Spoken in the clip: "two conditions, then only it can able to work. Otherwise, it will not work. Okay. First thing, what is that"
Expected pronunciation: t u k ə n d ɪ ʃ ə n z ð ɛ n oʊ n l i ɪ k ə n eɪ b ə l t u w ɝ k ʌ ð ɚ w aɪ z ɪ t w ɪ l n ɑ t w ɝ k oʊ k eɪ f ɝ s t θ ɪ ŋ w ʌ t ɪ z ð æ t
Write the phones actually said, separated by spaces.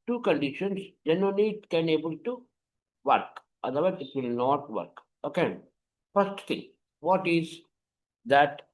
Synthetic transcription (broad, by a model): t u k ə n d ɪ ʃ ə n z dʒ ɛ n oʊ n i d k ə n eɪ b ə l t u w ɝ k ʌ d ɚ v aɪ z ɪ t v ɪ l n ɑ t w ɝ k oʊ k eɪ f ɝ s t t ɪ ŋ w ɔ t ɪ z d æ t